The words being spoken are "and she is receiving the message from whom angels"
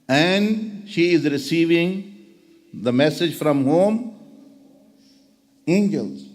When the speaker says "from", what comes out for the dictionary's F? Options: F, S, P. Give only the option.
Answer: F